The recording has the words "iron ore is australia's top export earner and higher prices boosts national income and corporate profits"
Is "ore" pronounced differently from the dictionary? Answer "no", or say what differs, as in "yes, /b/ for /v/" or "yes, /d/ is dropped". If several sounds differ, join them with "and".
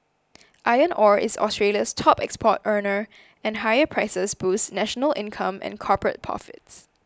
no